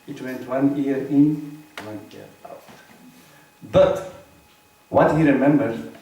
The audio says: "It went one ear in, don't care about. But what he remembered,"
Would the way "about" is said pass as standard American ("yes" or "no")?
no